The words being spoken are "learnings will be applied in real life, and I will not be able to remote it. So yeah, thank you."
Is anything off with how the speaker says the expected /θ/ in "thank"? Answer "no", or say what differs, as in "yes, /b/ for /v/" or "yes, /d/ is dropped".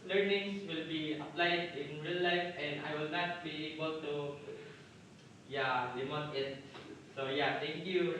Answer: yes, /t/ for /θ/